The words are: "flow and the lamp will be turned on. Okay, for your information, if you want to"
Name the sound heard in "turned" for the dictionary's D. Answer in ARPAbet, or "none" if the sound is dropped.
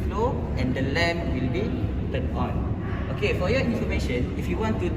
none